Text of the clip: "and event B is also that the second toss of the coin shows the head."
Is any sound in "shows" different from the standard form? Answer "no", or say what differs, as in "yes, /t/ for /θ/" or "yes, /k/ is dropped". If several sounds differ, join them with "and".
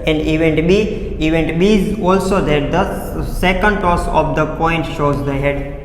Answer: no